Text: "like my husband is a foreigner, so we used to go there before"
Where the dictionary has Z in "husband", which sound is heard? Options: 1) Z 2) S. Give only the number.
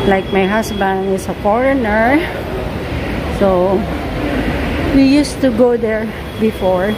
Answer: 2